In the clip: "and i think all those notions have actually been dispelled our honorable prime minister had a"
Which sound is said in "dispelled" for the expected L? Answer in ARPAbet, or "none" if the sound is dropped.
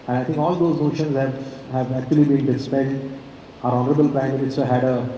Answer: none